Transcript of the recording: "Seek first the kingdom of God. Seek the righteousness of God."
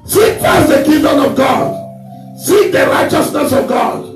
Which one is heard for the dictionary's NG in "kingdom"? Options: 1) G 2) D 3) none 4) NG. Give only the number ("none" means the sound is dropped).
3